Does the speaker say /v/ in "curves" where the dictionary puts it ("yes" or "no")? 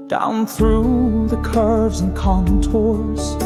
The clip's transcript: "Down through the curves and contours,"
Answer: yes